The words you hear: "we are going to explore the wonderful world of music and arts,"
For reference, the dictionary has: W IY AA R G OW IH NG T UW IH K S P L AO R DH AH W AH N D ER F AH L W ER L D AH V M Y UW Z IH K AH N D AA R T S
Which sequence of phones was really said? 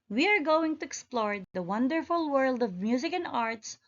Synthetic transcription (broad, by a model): W IY AA R G OW IH NG T UW IH K S P L AO R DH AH W AH N D ER F AH L W ER L D AH V M Y UW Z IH K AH N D AA R T S